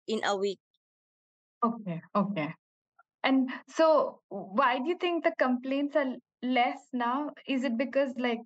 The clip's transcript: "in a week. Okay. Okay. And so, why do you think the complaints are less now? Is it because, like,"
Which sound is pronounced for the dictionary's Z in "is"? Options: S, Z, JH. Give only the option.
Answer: Z